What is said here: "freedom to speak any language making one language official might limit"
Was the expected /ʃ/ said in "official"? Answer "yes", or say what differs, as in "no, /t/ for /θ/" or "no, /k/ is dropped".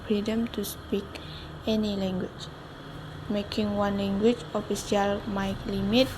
no, /s/ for /ʃ/